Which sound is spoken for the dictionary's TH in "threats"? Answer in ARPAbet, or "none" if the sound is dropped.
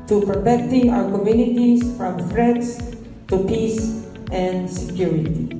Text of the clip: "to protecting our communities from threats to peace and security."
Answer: F